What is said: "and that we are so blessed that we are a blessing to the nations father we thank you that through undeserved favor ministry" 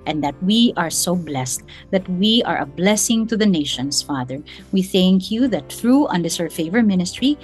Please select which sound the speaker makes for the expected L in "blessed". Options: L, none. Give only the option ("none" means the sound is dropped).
L